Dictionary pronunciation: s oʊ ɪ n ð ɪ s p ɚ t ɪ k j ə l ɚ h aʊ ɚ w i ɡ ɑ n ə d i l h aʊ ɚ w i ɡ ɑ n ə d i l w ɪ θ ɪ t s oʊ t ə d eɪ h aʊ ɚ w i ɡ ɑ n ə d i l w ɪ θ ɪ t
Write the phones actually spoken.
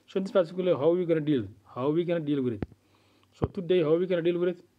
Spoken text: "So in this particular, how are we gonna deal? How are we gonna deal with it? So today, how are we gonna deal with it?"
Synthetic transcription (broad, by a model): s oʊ ɪ n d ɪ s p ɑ s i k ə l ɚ h aʊ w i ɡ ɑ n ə d i l h aʊ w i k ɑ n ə d i l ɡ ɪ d ɪ t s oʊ t ə d eɪ h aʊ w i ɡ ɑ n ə d i l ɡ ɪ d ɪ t